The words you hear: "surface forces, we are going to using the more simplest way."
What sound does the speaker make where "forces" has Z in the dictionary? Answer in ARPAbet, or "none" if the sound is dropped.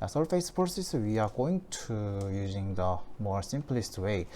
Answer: S